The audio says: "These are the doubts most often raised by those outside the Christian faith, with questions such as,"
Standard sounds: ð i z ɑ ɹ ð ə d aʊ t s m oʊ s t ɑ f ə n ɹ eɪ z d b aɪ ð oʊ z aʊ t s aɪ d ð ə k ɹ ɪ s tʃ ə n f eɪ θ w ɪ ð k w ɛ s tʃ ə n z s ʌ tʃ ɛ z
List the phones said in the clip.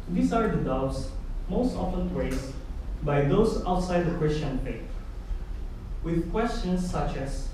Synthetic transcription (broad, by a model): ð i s ɑ ɹ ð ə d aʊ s m oʊ s t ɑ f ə n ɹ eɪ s b aɪ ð oʊ s aʊ t s aɪ d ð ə k ɹ ɪ s tʃ ə n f eɪ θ w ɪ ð k w ɛ s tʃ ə n s ʌ tʃ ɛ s